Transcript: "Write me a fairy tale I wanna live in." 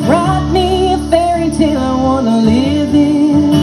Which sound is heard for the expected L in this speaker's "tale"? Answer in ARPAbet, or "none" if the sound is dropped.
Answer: N